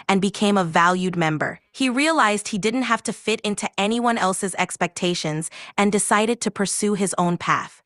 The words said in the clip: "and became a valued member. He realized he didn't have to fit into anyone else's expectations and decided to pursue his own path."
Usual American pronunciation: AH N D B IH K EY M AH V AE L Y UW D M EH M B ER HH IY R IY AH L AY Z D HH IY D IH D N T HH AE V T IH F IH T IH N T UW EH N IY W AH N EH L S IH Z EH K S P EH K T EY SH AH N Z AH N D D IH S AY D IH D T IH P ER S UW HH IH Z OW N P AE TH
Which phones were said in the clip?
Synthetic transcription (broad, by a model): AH N B IH K EY M AH V AE L Y UW D M EH M B ER HH IY R IY AH L AY Z D HH IY D IH D N T HH AE F T IH F IH T IH N T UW EH N IY W AH N EH L S IH Z EH K S P EH K T EY SH AH N Z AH N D D IH S AY D IH D T IH P ER S UW IH Z OW N P AE TH